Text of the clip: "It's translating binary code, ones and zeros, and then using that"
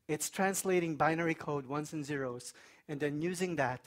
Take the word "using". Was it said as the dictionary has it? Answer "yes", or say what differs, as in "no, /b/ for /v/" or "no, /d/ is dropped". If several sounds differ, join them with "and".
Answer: yes